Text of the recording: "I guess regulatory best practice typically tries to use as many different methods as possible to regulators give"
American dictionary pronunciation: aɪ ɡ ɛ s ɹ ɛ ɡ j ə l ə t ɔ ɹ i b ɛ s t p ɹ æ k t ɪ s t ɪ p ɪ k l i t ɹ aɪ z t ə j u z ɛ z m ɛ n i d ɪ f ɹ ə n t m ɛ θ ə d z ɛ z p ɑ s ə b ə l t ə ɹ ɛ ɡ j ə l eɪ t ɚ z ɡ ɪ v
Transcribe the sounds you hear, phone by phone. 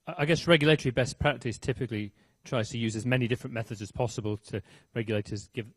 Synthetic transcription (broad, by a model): aɪ ɡ ɛ s ɹ ɛ ɡ j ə l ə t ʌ ɹ i b ɛ s p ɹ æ k t ɪ s t ɪ p ɪ k l i t ɹ aɪ z t ə j u z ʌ z m ɛ n i d ɪ f ɹ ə n m ɛ θ ə d z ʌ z p ɑ s ə b ə l t ə ɹ ɛ ɡ j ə l eɪ t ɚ z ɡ ɪ v